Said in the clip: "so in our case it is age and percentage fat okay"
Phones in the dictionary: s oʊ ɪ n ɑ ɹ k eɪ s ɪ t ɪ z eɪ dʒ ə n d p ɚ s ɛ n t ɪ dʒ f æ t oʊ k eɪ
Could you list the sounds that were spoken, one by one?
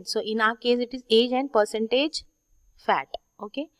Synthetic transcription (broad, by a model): s oʊ ɪ n ɑ ɹ k eɪ s ɪ t ɪ z eɪ dʒ ə n d p ɚ s ɛ n t ɪ dʒ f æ t oʊ k eɪ